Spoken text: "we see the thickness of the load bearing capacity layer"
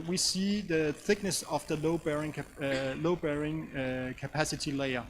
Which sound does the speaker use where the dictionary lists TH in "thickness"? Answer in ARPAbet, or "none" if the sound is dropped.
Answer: TH